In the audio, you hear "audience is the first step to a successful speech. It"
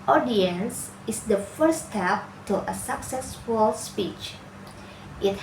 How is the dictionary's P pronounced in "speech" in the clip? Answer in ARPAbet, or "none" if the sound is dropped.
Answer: P